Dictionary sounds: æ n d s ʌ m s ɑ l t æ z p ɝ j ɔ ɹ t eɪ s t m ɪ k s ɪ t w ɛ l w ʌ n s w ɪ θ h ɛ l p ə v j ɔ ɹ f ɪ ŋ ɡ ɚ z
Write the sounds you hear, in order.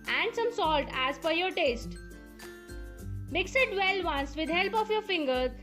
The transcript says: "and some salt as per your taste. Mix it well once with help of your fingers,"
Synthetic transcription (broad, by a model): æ n d s ʌ m s ɑ l t æ z f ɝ j ɔ ɹ t eɪ s t m ɪ k s ɪ t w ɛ l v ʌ n s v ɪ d h ɛ l p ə f j ɔ ɹ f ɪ ŋ ɡ ɚ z